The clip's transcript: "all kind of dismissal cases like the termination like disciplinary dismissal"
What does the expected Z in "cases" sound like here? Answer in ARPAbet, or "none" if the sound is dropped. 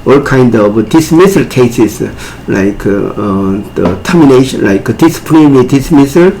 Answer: S